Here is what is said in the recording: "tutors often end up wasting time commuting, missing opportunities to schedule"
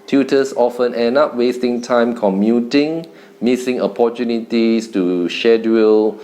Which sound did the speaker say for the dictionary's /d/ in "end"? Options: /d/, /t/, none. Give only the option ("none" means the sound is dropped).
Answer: none